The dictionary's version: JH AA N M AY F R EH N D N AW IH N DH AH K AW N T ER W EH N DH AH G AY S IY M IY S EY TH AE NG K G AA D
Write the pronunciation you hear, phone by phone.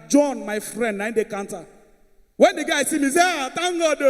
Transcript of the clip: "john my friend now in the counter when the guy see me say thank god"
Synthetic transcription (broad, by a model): JH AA N M AY F R EH N D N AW IH N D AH K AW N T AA W EH N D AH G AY S IY M IY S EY T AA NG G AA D